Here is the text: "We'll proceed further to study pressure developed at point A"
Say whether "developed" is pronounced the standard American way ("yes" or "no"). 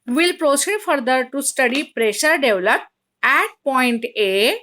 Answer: no